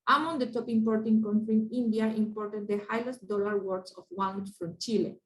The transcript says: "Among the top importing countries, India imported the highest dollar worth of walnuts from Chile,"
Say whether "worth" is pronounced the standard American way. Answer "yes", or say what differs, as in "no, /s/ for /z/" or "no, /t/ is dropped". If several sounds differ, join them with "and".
no, /s/ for /θ/